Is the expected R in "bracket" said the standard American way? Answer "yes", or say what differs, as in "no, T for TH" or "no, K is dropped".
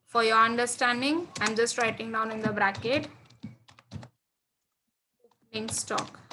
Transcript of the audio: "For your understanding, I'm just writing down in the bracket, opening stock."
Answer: yes